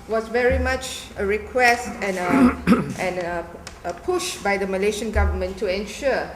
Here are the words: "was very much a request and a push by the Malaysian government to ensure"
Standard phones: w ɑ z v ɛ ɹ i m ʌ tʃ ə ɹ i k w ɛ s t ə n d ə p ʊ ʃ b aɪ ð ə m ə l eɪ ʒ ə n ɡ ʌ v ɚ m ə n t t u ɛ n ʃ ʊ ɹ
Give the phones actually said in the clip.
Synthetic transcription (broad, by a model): w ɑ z v ɛ ɹ i m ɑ tʃ ə ɹ i k w ɛ s t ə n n ə p ʊ ʃ b aɪ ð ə m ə l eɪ ʃ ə n ɡ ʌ v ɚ m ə n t t u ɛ n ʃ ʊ